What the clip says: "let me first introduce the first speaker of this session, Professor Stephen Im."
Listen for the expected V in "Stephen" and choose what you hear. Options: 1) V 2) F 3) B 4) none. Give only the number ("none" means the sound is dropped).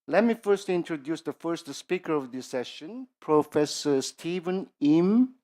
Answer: 1